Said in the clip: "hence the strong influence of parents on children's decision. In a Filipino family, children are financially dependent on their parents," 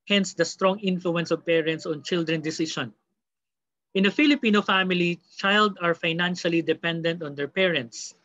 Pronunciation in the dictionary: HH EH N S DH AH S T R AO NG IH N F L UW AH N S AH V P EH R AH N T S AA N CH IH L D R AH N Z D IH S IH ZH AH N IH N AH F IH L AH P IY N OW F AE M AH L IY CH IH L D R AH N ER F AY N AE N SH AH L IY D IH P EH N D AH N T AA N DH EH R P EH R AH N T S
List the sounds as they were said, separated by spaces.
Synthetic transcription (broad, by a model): HH EH N S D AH S T R AO NG IH N F L UW AH N S AH V P EH R AH N T S AA N CH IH L D R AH N D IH S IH SH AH N IH N AH F IH L AH P IY N OW F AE M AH L IY CH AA L D AH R F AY N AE N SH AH L IY D IH P EH N D AH N T AA N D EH R P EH R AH N T S